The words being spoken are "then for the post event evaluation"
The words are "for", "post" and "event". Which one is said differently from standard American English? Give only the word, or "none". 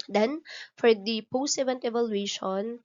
post